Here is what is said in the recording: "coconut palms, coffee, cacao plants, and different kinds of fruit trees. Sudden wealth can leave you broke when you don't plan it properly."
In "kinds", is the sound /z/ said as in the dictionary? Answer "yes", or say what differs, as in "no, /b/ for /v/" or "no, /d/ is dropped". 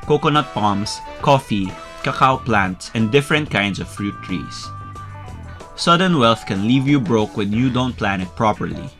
no, /s/ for /z/